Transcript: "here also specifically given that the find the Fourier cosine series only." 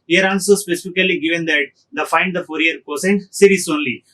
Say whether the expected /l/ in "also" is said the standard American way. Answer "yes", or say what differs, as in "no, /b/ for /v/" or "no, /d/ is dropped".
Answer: no, /n/ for /l/